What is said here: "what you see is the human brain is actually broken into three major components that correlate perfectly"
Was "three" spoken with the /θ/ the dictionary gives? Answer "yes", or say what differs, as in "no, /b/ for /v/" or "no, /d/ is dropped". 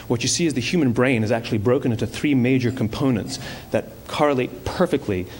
yes